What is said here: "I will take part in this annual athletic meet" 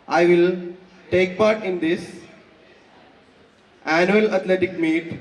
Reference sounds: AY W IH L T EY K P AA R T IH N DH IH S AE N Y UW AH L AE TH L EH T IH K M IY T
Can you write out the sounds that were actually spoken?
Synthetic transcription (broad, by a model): AY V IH L T EY K P AA R T IH N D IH S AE N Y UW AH L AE T L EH T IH K M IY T